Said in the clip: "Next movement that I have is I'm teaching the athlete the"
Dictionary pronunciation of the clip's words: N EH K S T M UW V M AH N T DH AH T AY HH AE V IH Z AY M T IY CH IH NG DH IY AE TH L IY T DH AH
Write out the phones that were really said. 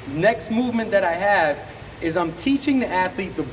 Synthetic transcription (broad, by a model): N EH K S T M UW V M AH N DH AH T AY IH V IH Z AY M T IY CH IH NG DH IY AE TH L IY T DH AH